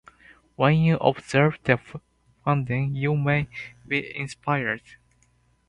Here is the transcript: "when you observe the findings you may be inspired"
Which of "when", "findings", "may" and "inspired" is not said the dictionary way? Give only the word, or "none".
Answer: findings